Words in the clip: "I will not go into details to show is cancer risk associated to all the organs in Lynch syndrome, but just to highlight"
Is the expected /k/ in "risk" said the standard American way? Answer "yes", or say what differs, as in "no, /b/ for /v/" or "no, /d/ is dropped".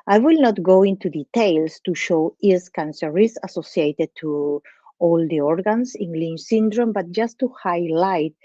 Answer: no, /k/ is dropped